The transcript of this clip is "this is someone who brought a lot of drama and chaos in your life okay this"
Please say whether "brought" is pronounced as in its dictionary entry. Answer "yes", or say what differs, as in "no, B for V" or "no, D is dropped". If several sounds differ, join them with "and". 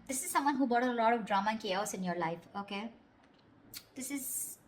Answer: no, R is dropped